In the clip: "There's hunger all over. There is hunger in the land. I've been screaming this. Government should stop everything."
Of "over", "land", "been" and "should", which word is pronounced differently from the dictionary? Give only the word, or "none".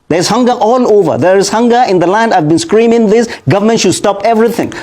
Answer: none